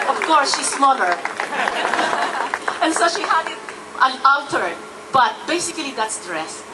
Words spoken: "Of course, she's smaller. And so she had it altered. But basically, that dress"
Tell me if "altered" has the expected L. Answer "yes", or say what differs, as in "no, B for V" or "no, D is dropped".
no, N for L